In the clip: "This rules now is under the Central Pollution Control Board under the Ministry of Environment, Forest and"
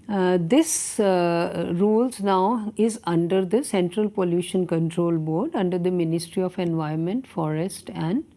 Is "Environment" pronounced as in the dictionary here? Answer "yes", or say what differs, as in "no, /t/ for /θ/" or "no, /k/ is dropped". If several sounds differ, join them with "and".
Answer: no, /ɹ/ is dropped